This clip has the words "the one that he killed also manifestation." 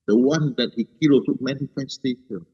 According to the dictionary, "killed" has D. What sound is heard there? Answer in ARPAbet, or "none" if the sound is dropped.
none